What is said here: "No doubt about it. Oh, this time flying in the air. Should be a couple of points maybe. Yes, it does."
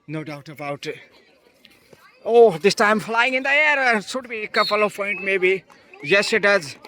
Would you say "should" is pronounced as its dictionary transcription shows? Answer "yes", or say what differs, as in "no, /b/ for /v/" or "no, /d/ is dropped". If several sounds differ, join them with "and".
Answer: no, /s/ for /ʃ/